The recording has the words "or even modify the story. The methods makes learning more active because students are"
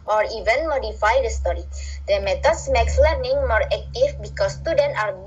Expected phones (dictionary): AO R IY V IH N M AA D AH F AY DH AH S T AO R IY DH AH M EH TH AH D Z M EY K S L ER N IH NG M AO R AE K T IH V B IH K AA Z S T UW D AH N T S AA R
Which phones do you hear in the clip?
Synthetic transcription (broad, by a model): AO R IY V IH N M AA D AH F AY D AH S T AO R IY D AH M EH T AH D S M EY K S L ER N IH NG M AO R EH K T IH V B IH K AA S T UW D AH N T AA R